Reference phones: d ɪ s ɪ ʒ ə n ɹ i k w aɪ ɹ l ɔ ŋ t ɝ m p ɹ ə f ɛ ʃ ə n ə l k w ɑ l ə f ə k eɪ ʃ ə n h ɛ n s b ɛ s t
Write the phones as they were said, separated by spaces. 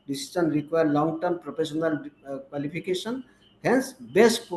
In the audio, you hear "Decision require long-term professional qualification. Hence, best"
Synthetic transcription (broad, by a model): d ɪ s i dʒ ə n ɹ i k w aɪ ɹ l ɔ ŋ t ɝ m p ɹ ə p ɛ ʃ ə n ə l k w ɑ l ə p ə k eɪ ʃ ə n h ɛ n s b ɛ s t